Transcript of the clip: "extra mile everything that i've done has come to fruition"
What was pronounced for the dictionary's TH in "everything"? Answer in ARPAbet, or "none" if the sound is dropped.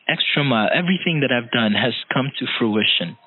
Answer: TH